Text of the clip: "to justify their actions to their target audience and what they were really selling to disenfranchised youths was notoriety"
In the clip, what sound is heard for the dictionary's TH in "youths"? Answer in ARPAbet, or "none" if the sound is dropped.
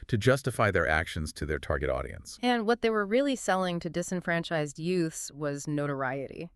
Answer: TH